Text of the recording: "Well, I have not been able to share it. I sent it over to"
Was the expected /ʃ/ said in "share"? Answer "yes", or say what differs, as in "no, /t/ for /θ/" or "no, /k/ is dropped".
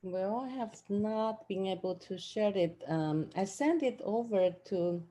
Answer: yes